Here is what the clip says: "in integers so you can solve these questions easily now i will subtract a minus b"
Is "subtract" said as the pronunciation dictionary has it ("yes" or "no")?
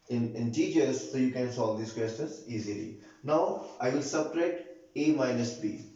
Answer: no